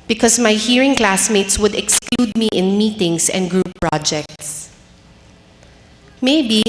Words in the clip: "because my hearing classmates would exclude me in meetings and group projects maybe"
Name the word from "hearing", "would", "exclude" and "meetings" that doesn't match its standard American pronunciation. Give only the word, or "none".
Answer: meetings